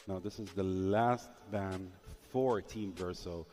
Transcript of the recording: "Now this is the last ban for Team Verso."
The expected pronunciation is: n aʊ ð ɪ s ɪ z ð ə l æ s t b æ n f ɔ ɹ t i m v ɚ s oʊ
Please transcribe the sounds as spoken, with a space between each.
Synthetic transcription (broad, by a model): n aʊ ð ɪ s ɪ z ð ə l æ s t b æ n f ɔ ɹ t i m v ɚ s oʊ